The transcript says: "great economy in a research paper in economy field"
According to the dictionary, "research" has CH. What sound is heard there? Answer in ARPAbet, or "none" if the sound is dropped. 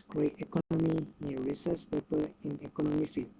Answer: S